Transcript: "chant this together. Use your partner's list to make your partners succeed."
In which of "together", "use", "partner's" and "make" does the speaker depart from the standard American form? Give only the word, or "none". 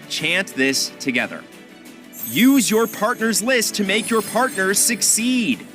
none